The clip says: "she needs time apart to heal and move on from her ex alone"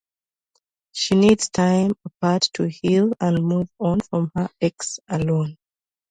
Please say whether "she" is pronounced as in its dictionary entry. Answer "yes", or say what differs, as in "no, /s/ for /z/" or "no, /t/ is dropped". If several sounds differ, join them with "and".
yes